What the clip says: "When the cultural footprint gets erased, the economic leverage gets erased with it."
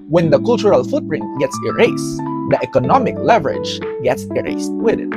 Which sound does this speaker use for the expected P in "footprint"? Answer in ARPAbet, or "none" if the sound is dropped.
none